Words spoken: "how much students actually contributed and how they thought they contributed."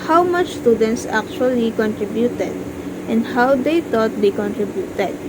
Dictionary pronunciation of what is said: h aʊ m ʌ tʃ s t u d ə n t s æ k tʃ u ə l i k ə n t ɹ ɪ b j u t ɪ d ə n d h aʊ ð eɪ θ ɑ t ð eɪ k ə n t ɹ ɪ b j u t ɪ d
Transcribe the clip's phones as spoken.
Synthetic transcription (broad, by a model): h aʊ m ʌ tʃ s t u d ə n t s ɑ k tʃ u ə l i k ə n t ɹ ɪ b j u t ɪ d ə n d h aʊ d eɪ t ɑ t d eɪ k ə n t ɹ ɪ b j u t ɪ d